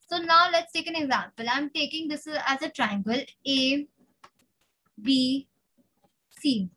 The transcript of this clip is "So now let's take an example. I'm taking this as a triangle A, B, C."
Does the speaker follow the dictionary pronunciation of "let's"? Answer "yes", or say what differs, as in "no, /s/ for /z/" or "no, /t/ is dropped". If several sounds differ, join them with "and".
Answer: yes